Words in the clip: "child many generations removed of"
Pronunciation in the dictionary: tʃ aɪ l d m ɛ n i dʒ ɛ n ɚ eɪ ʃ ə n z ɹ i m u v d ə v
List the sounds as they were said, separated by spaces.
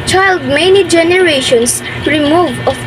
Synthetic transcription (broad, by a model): tʃ aɪ l d m ɛ n i dʒ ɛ n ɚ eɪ ʃ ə n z ɹ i m u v ə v